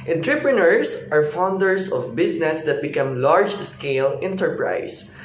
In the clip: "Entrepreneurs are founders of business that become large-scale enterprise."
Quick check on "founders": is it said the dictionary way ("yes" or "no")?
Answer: no